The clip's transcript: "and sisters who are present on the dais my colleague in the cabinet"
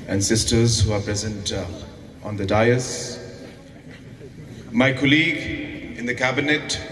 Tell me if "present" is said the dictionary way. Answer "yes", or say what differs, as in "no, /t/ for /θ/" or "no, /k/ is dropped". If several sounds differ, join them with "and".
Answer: yes